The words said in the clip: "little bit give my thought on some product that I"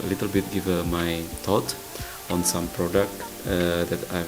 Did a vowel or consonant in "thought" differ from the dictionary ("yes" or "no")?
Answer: yes